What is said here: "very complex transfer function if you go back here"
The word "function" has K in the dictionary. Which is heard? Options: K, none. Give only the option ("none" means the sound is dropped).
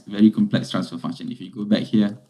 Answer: none